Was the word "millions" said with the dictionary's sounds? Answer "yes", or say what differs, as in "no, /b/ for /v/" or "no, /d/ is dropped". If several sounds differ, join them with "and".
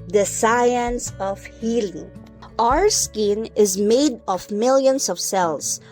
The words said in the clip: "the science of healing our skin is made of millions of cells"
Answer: no, /s/ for /z/